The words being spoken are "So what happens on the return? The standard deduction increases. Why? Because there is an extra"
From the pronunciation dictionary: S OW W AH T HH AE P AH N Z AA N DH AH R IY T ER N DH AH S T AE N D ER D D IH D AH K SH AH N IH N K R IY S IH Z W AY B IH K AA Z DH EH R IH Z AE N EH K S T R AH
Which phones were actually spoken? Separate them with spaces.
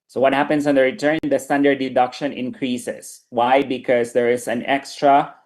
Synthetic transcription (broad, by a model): S OW W AH T HH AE P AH N S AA N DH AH R IY T ER N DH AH S T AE N D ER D D IH D AH K SH AH N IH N K R IY S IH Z W AY B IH K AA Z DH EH R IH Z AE N EH K S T R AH